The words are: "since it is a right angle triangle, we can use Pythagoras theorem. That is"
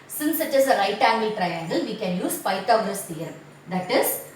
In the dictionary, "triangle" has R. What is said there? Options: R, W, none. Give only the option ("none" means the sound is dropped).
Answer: R